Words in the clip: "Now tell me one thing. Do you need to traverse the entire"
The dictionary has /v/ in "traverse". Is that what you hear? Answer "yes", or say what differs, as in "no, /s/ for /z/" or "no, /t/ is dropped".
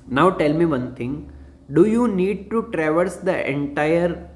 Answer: yes